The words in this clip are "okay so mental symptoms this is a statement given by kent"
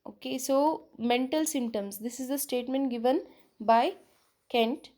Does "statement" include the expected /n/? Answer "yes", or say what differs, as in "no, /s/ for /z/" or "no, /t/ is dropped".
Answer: yes